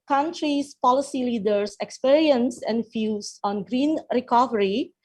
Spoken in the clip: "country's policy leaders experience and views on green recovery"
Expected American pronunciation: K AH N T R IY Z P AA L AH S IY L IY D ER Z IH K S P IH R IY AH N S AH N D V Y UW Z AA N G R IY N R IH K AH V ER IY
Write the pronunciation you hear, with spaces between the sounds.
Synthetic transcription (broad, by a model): K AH N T R IY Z P AA L AH S IY L IY D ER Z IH K S P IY R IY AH N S AH N D F Y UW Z AA N G R IY N R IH K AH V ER IY